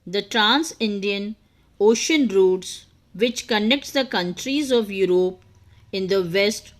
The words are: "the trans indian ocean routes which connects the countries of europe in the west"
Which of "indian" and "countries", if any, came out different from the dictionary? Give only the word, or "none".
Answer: none